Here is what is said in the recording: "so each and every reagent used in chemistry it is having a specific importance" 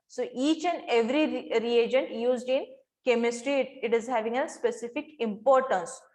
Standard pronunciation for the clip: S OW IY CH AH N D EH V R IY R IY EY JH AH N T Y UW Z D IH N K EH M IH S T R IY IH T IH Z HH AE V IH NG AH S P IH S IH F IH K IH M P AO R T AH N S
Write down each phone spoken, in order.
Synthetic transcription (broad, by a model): S OW IY CH AH N D EH V R IY R IY EY JH AH N T Y UW Z D IH N K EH M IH S T R IY IH T IH Z HH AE V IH NG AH S P IH S IH F IH K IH M P AO R T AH N S